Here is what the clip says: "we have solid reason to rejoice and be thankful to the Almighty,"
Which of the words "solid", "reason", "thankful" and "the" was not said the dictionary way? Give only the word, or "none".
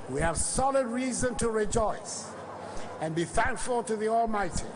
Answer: none